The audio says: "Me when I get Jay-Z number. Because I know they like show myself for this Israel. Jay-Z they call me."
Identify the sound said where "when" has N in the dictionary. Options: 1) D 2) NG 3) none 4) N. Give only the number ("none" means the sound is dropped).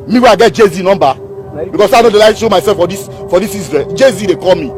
3